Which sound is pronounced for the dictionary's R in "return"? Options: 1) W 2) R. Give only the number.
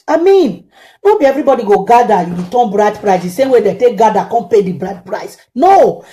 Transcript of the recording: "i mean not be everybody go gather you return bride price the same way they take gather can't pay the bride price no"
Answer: 1